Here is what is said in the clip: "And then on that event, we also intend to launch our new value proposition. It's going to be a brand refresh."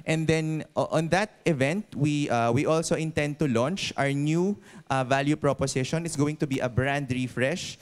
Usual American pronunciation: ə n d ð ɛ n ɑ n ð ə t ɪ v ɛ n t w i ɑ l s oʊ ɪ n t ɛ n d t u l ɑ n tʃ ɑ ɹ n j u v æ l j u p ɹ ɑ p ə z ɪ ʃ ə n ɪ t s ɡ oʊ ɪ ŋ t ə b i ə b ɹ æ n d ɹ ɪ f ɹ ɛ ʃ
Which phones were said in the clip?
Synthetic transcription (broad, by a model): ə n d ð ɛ n ɑ n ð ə t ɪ v ɛ n t w i ɑ l s oʊ ɪ n t ɛ n d t u l ɑ n tʃ ɑ ɹ n j u v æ l j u p ɹ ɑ p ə s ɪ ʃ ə n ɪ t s ɡ oʊ ɪ ŋ t ə b i ə b ɹ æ n d ɹ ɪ f ɹ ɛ ʃ